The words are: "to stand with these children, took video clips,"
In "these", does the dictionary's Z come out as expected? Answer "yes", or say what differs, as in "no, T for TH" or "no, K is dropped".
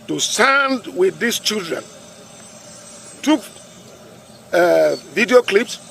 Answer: no, S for Z